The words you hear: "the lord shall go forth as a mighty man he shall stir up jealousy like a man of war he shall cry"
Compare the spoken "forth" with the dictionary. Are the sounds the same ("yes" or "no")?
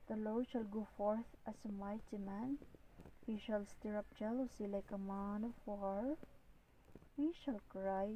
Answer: no